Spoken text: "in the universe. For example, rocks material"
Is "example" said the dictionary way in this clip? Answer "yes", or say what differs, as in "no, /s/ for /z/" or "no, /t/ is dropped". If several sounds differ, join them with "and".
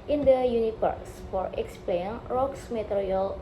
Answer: no, /n/ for /l/